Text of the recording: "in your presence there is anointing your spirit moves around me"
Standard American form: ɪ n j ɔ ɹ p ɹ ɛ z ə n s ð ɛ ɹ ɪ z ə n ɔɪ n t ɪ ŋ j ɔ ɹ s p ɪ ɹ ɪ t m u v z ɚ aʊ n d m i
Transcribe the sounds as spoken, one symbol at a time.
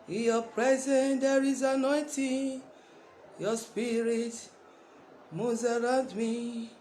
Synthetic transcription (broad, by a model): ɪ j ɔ p ɹ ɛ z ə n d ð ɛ ɹ ɪ z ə n ɔɪ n t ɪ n j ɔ s p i ɹ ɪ t m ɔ z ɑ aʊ n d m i